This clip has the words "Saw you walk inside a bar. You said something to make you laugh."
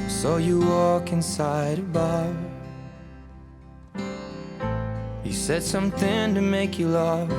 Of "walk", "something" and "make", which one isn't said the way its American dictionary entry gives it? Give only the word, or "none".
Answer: none